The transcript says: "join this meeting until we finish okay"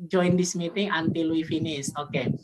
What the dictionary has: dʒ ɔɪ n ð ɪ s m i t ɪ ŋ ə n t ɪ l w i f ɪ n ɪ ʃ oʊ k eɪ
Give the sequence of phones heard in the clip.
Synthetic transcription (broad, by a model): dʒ ɔɪ n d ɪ s m i t ɪ ŋ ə n t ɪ l w i f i n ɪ s oʊ k eɪ